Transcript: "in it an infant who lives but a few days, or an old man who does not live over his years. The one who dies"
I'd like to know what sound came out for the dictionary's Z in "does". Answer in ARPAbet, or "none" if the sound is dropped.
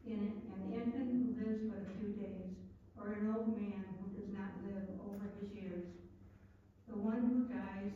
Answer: Z